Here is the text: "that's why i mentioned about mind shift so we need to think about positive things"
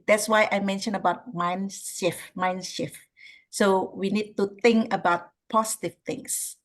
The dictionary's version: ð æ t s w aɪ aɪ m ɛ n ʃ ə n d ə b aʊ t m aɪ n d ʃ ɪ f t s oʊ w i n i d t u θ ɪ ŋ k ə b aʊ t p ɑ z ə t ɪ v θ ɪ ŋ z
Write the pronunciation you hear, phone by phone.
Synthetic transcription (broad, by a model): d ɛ t s w aɪ aɪ m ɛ n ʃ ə n ə b aʊ t m aɪ n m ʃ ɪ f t s oʊ w i n i d t u t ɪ ŋ k ə b aʊ t p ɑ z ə t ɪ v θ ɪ ŋ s